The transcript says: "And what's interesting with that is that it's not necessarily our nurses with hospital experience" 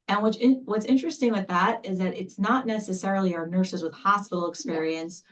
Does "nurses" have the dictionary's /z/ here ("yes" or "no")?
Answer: yes